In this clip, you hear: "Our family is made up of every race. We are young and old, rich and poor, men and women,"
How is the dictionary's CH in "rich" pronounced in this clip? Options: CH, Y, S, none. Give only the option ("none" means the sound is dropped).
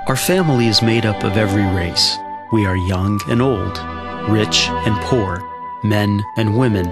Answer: CH